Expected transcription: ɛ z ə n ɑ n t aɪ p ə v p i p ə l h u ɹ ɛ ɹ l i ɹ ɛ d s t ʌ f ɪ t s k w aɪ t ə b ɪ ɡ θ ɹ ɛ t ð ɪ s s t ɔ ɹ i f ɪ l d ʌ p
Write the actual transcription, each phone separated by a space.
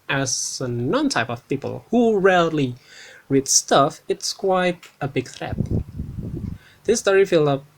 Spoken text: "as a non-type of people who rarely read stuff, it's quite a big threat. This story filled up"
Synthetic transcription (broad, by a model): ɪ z ə n ɑ n t aɪ p ə v p i p ə l h u ɹ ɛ l i ɹ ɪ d s t ʌ f ɪ t s k w aɪ t ə b ɪ ɡ θ ɹ ɛ t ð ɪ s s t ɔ ɹ i f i l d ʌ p